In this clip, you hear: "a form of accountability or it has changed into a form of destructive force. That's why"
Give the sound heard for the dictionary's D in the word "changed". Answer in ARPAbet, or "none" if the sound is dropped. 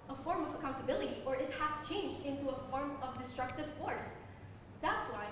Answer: D